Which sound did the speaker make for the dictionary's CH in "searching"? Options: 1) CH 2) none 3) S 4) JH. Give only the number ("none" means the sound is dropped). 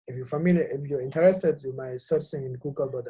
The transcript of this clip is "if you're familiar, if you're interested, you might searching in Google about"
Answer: 3